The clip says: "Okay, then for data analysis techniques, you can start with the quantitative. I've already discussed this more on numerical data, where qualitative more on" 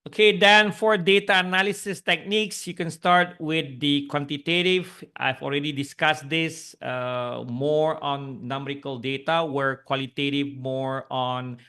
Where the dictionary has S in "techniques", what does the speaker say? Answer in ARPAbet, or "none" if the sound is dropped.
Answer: S